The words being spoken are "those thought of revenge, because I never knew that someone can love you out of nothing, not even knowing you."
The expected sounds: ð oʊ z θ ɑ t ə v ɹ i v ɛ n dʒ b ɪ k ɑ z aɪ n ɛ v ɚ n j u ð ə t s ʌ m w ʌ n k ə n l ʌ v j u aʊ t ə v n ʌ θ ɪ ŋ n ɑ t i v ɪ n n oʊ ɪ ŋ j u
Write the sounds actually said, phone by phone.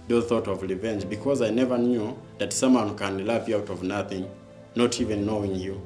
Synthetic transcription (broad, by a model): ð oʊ θ ɑ t ə v ɹ i v ɛ n dʒ b ɪ k ɑ z aɪ n ɛ v ɚ n j u ð ə t s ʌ m w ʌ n k ə n l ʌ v j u aʊ t ə v n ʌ θ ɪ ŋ n ɑ t i v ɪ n n oʊ ɪ ŋ j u